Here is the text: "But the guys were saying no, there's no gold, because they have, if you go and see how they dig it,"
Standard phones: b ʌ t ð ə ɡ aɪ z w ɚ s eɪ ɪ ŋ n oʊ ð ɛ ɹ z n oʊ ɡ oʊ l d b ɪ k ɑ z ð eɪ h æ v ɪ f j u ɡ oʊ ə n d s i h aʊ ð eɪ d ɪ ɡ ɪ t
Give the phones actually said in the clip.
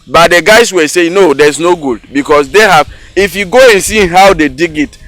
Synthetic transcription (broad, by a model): b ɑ t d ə ɡ aɪ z w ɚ s eɪ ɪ n oʊ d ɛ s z n oʊ ɡ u d b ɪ k ɑ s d eɪ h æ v ɪ f j u ɡ oʊ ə n s i h aʊ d eɪ d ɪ ɡ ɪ t